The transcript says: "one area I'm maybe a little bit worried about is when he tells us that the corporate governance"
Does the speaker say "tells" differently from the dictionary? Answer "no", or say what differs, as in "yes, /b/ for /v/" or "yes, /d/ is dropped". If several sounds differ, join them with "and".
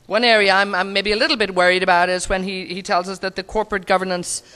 no